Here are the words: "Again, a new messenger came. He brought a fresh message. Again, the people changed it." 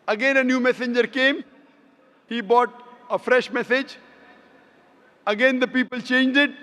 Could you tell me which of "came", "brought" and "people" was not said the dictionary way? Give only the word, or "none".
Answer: brought